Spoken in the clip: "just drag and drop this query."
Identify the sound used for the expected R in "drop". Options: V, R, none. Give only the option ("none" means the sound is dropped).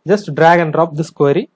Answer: R